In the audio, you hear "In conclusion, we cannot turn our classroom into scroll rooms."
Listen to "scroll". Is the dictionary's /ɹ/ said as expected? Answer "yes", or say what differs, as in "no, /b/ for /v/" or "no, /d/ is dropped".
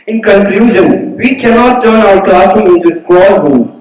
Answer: no, /ɹ/ is dropped